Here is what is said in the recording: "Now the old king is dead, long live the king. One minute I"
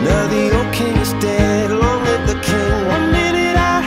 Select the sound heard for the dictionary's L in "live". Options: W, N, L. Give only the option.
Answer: W